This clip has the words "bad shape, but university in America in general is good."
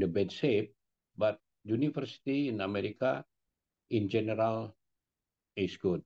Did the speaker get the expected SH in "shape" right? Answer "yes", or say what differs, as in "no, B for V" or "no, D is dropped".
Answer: no, S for SH